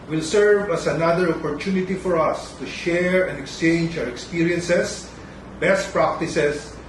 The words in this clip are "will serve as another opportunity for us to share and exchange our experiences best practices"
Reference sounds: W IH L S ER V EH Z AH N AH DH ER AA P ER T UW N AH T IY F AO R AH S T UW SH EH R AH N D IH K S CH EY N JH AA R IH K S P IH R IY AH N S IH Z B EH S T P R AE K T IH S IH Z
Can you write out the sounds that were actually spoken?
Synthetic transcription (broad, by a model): W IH L S ER V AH S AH N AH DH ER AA P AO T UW N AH T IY F AO R AH S T UW SH EH R AH N D IH K S CH EY N JH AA W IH K S P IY R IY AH N S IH S B EH S T P R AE K T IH S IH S